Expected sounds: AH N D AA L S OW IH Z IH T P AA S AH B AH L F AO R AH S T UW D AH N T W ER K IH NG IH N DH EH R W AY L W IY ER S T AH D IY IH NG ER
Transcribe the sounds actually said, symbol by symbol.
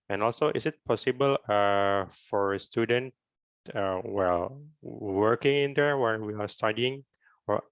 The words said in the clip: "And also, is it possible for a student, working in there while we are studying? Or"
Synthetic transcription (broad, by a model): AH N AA L S OW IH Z IH T P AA S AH B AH L F AO R AH S T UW D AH N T W ER K IH NG IH N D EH R W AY N W IY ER S T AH D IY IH NG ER